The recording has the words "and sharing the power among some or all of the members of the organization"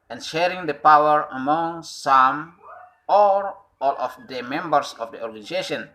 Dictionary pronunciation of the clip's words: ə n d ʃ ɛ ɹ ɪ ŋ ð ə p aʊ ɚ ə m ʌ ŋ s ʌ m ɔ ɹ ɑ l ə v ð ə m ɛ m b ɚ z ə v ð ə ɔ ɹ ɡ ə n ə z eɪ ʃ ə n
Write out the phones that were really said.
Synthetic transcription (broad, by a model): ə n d ʃ ɛ ɹ ɪ ŋ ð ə p aʊ ɚ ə m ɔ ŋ s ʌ m ɔ ɹ ɑ l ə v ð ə m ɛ m b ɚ s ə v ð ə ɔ ɹ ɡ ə n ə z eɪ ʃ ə n